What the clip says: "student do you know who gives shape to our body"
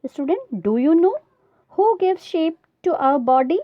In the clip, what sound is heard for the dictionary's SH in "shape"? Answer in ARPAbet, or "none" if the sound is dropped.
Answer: SH